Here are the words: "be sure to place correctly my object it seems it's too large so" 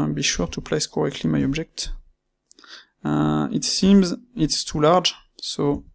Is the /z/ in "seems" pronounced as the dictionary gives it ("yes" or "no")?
yes